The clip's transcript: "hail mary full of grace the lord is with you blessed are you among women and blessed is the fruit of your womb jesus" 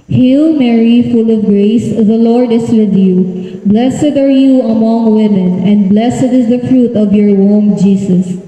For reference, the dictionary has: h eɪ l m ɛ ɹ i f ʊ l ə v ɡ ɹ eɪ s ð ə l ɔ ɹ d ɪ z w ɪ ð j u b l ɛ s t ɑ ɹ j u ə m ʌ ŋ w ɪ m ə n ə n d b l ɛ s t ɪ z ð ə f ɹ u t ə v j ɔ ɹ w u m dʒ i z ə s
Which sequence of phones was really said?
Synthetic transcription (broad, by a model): h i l m ɛ ɹ i f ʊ l ə v ɡ ɹ eɪ s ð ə l ɔ ɹ d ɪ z w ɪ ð j u b l ɛ s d ɑ ɹ j u ə m ʌ ŋ w ɪ m ə n ə n d b l ɛ s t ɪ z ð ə f ɹ u t ə v j ɔ ɹ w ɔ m dʒ i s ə s